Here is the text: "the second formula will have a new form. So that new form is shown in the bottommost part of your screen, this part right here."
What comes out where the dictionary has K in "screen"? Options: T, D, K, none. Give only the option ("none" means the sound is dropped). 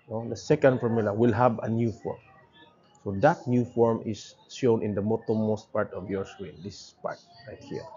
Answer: none